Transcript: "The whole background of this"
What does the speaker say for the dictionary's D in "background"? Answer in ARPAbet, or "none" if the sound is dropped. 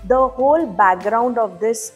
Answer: D